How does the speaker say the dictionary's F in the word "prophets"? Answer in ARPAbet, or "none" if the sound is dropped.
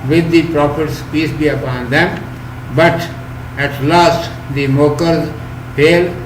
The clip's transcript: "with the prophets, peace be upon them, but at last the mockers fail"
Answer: P